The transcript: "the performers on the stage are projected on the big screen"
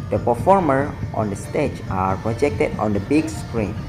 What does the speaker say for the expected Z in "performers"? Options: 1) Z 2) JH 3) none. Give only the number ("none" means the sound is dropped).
3